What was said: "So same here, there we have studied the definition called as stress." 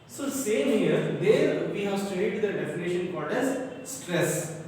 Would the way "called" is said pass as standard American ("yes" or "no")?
no